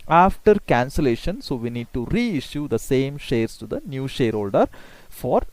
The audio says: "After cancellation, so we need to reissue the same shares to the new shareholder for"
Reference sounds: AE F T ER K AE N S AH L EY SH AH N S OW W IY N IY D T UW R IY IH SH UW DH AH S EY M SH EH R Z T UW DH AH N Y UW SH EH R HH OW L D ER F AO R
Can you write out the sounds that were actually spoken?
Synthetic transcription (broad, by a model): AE F T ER K AE N S AH L EY SH AH N S OW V IY N IY D T UW R IY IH SH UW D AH S EY M SH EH R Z T UW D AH N Y UW SH EH R HH OW L D ER F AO R